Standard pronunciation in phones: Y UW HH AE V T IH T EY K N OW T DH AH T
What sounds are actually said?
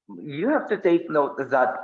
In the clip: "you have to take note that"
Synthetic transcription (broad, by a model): Y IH HH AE F T IH T EY K N OW T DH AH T